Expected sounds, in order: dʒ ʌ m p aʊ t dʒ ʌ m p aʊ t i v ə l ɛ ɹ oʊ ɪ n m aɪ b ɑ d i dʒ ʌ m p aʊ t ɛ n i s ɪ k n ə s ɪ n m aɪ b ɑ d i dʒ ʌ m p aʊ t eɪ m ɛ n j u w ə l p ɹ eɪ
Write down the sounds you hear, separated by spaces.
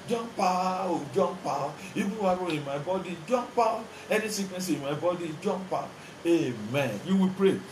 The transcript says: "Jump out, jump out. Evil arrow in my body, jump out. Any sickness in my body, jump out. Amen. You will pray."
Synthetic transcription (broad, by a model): dʒ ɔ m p aʊ dʒ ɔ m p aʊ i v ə w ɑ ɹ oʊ ɪ n m aɪ b ɑ d i dʒ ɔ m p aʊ ɛ n i s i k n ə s ɪ n m aɪ b ɑ d i dʒ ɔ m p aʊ eɪ m ɛ n j u w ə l p ɹ eɪ